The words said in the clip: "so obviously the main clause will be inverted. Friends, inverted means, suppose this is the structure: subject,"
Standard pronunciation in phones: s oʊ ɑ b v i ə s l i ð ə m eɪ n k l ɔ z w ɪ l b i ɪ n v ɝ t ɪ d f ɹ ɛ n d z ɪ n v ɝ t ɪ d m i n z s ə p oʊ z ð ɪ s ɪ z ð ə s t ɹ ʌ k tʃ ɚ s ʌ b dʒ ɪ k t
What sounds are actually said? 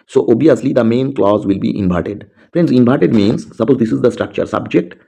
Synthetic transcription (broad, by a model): s oʊ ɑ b i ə s l i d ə m eɪ n k l ɔ z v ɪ l b i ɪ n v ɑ t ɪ d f ɹ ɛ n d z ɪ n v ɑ t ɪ d m i n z s ə p oʊ z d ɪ s ɪ z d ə s t ɹ ʌ k tʃ ɚ s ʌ b dʒ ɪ k t